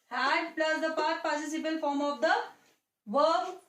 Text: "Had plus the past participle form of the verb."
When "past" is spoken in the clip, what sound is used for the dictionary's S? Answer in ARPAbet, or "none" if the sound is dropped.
none